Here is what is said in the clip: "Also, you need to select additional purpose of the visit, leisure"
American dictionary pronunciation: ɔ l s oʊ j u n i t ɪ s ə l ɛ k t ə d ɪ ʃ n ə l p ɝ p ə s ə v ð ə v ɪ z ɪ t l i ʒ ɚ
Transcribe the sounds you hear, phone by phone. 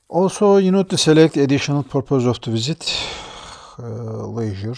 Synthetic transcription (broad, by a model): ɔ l s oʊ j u n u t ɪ s ə l ɛ k t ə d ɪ ʃ n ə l p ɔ p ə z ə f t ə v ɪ z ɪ t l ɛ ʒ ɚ